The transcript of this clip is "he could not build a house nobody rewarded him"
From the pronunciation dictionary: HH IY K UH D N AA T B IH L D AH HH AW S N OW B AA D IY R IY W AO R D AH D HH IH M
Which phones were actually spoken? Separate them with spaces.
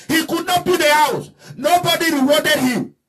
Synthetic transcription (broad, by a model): HH IY K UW D N AA T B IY D AH HH AW S N OW B AA D IY R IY W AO D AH D HH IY M